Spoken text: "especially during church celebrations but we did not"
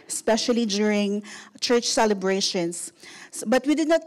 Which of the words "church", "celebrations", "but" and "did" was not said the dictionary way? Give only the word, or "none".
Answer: celebrations